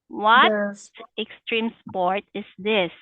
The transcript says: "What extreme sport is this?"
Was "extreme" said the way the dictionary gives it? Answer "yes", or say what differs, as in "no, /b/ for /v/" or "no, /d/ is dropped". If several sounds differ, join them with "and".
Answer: yes